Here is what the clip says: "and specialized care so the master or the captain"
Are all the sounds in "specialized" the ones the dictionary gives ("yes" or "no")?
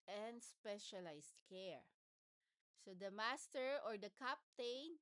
no